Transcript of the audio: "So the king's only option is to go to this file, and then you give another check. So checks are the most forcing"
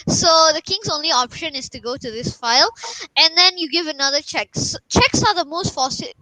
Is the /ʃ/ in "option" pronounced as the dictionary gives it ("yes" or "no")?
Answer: yes